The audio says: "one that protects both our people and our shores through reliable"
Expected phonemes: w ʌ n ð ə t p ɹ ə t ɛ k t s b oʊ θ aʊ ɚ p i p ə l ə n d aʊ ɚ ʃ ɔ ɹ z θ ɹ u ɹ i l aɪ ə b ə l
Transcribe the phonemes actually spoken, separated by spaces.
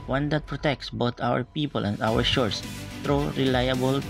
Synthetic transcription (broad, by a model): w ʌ n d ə t p ɹ ə t ɛ k t s b oʊ t aʊ ɚ p i p ə l ə n d aʊ ɚ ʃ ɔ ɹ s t ɹ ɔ ɹ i l aɪ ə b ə l